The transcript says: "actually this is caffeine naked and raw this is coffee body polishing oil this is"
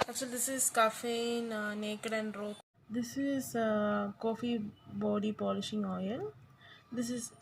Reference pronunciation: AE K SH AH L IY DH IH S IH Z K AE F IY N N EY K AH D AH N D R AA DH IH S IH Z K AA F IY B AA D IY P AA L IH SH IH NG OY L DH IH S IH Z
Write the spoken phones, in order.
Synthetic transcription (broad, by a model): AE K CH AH L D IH S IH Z K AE F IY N N EY K AH D AH N D R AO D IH S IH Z K AA F IY B AA D IY P AA L IH SH IH NG OY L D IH S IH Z